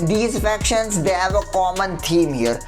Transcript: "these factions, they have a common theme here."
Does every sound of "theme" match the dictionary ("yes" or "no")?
no